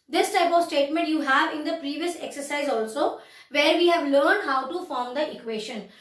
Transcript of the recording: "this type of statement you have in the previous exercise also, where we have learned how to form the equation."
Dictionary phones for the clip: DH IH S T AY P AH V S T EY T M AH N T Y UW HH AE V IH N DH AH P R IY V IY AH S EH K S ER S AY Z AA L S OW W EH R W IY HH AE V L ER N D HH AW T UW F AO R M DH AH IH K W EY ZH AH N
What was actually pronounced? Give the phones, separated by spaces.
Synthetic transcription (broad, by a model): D IH S T AY P AH V S T EY T M AH N T Y UW HH AE V IH N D AH P R IY V IY AH S EH K S ER S AY Z AA L S OW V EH R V IY HH AE V L ER N D HH AW T UW F AO R M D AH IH K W EY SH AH N